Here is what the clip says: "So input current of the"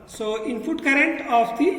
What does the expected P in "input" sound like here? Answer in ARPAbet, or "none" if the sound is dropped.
F